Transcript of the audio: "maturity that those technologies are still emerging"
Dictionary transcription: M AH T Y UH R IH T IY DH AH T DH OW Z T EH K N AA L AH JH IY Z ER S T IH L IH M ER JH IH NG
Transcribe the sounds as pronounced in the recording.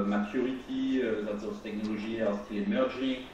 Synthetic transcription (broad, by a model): M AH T Y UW R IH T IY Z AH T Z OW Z T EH K N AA L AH ZH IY ER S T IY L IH M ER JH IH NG